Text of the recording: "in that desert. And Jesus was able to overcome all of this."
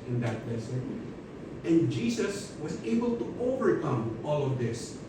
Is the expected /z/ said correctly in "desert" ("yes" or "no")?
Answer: no